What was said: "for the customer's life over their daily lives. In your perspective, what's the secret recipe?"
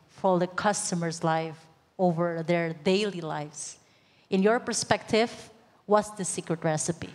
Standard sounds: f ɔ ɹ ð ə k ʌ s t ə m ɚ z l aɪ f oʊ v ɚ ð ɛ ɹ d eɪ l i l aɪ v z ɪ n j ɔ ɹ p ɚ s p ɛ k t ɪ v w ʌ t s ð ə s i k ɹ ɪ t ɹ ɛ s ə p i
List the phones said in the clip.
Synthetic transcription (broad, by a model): f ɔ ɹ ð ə k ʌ s t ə m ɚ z l aɪ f oʊ v ɚ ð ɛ ɹ d eɪ l i l aɪ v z ɪ n j ɔ ɹ p ɚ s p ɛ k t ɪ v w ʌ t s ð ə s i k ɹ ɪ t ɹ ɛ s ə p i